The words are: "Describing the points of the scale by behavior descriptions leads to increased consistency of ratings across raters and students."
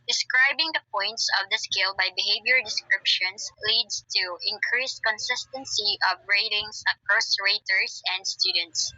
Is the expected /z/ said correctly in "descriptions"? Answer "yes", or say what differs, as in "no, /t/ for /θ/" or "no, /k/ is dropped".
no, /s/ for /z/